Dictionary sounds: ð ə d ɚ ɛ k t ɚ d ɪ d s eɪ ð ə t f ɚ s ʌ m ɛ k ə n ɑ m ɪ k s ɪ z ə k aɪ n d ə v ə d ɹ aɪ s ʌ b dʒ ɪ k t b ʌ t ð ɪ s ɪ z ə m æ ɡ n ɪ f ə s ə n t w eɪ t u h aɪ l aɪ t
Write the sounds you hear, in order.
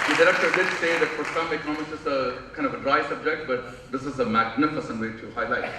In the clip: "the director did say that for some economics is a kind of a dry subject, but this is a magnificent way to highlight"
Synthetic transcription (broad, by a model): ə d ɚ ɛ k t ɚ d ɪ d s eɪ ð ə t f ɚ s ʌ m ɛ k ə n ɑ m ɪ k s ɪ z ə k aɪ n d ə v ə d ɹ aɪ s ʌ b dʒ ɪ k t b ʌ t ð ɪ s ɪ z ə m æ ɡ n ɪ f ə s ə n t w eɪ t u h aɪ l aɪ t